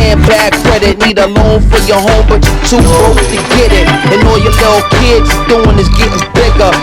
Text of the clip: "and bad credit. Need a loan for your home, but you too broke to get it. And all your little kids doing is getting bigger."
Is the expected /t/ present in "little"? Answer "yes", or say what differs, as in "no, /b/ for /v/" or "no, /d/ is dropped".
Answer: no, /s/ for /t/